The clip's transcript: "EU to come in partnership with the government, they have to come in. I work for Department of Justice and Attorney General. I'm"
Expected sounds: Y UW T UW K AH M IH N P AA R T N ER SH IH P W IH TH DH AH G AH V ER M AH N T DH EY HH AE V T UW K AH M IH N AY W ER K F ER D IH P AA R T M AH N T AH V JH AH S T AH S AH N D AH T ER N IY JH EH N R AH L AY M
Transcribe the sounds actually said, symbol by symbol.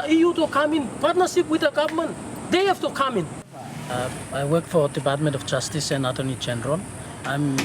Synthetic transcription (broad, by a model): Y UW T UW K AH M IH N P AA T N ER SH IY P W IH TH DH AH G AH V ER M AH N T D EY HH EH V T UW K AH M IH N AY W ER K F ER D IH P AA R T M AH N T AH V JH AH S T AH S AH N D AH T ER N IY JH EH N R AH L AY M